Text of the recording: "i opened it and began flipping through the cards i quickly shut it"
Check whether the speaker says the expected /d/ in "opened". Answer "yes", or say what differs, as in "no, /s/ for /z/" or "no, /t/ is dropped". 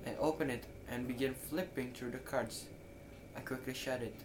no, /d/ is dropped